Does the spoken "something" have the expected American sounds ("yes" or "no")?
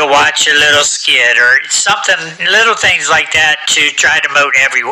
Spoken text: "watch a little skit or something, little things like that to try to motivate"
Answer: yes